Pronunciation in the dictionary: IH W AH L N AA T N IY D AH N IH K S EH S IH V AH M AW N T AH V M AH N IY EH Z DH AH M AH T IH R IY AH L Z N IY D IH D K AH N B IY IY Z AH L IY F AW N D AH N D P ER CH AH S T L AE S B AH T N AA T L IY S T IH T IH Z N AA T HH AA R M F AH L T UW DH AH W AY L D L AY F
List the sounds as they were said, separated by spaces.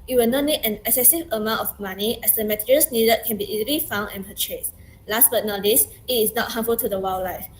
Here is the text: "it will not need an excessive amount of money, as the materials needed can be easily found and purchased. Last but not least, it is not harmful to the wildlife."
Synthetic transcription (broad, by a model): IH W AH L N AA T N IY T AH N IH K S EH S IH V AH M AW N T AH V M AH N IY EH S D AH M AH T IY R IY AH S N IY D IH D K AH N B IY IY Z AH L IY F AW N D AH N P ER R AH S L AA S B AH T N AA T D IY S IH T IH S N AA T HH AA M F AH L T UW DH AH W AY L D L AY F